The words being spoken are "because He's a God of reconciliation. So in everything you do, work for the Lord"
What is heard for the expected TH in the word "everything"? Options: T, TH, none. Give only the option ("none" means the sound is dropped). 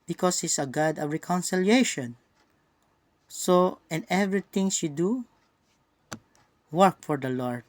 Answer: T